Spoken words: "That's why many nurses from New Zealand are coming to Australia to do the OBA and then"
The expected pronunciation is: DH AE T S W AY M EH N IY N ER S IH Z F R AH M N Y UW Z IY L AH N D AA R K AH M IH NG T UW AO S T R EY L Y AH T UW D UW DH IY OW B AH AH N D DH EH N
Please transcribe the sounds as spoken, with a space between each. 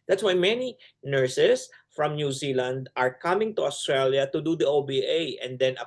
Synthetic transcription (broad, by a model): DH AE T S W AY M EH N IY N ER S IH S F R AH M N Y UW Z IY L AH N D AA R K AH M IH NG T UW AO S T R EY L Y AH T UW D UW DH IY OW B AH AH N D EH N